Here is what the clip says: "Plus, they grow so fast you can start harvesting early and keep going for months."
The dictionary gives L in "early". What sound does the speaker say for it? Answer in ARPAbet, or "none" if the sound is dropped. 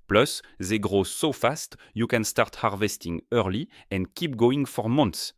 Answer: L